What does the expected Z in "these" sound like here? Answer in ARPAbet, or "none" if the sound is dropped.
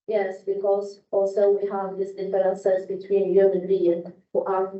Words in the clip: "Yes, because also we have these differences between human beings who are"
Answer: S